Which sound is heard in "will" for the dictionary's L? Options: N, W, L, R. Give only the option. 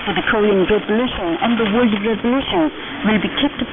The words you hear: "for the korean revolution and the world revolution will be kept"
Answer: L